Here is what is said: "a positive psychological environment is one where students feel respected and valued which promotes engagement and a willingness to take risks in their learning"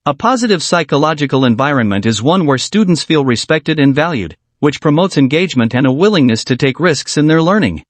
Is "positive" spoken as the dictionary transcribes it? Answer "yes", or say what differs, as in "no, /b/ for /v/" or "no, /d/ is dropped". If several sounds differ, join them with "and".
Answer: yes